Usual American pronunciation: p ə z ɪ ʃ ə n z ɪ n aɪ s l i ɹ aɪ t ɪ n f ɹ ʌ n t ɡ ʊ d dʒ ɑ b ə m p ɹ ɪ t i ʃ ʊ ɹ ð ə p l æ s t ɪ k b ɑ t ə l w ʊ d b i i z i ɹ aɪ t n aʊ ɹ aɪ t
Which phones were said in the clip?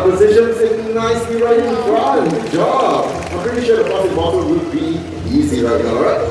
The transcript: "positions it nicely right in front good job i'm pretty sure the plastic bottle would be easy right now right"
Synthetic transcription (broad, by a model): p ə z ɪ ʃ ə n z ɪ n aɪ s i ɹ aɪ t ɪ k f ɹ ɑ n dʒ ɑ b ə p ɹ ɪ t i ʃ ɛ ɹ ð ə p ɔ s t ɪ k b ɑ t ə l w ʊ d b i i z i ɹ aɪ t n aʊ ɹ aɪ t